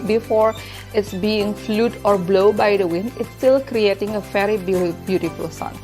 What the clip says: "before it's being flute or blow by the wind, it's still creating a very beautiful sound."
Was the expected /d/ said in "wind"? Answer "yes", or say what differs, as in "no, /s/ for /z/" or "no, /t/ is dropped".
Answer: yes